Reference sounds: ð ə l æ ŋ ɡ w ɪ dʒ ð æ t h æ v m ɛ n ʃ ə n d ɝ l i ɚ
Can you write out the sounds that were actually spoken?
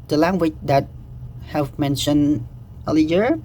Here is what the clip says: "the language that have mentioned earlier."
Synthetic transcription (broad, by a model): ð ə l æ ŋ ɡ w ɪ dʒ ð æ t h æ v m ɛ n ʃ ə n ɝ l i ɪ